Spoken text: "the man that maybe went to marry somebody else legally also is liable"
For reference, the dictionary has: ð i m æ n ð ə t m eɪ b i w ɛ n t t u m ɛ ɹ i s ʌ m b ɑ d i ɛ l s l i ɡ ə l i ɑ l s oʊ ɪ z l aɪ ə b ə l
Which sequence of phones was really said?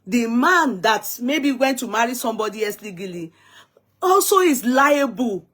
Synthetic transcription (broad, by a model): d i m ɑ n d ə t m eɪ b i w ɛ n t t u m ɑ ɹ i s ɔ m b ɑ d i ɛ s l i ɡ ə l i ɑ l s oʊ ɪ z l aɪ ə b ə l